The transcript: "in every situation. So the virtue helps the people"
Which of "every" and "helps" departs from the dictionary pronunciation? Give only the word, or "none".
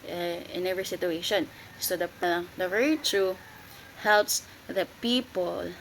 none